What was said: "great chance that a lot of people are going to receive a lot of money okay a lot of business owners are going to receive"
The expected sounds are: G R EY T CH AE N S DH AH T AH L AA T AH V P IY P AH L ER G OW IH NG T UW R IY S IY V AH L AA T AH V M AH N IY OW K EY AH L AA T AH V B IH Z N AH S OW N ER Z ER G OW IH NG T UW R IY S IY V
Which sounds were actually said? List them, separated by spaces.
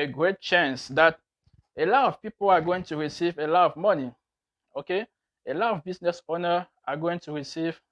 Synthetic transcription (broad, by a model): G R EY T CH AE N S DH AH T AH L AA T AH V P IY P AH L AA G OW IH NG T UW R IY S IY V AH L AA T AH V M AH N IY OW K EY AH L AA T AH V B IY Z N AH S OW N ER AA G OW IH NG T UW R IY S IY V